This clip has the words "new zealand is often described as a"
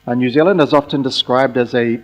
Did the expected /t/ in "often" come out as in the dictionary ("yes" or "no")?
yes